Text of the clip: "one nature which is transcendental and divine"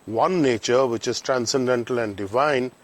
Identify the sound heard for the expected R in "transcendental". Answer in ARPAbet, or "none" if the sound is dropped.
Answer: R